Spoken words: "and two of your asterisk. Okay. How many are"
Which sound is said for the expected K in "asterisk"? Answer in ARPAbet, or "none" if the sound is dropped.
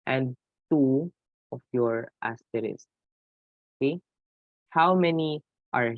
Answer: none